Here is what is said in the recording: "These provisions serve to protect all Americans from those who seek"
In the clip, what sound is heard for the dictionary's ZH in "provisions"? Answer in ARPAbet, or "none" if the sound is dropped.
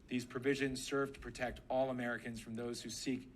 ZH